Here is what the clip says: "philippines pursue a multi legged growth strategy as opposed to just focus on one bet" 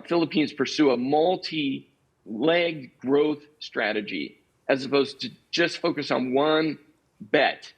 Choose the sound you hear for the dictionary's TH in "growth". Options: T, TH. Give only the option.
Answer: TH